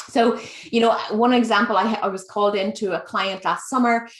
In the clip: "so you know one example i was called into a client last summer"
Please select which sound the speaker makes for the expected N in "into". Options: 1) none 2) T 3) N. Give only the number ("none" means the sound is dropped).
3